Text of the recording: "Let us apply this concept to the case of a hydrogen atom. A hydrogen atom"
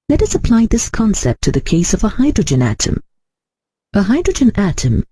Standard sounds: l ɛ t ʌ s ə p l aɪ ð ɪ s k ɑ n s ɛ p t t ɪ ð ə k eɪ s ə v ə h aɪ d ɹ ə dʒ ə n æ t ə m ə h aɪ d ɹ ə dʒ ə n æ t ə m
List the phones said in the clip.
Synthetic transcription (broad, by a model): l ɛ t ʌ s ə p l aɪ ð ɪ s k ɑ n s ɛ p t t ɪ ð ə k eɪ s ə v ə h aɪ d ɹ ə dʒ ə n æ t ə m ə h aɪ d ɹ ə dʒ ə n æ t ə m